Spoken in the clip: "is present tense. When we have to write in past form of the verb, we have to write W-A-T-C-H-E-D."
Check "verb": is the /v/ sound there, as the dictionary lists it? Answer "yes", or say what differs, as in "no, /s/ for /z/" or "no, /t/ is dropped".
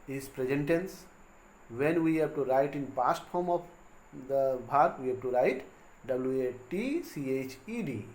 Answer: no, /b/ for /v/